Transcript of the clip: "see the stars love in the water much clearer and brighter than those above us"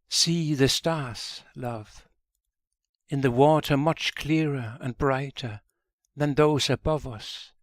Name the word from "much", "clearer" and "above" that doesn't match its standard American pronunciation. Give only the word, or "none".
none